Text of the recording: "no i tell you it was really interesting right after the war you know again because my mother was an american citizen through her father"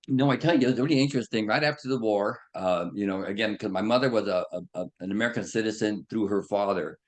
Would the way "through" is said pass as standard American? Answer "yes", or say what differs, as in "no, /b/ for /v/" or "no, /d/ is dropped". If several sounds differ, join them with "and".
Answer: yes